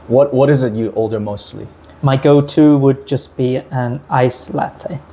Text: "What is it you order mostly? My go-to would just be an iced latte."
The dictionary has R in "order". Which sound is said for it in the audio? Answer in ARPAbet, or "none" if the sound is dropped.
L